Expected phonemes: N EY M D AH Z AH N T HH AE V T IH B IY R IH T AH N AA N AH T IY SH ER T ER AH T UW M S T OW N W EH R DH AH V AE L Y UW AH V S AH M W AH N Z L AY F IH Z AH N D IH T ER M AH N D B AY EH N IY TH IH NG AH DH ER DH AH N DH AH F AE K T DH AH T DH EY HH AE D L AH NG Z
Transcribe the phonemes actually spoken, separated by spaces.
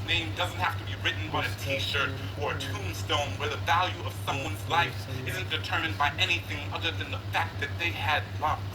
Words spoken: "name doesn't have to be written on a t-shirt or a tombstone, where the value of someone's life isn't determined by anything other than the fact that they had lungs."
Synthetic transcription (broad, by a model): N EY M D AH Z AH N T HH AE F T IH B IY R IH T N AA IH AH T IY SH ER T ER AH T UW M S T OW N W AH R DH AH V AE L Y UW AH V S AH M W AH N Z L AY F IH Z AH N D IH T ER M AH N D B AY EH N IY TH IH NG AH DH ER DH AH N DH AH F AE K T DH AH T DH EY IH D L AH